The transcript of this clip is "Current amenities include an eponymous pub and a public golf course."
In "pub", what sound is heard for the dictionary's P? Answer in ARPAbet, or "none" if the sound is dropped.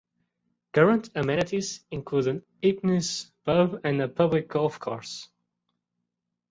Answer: B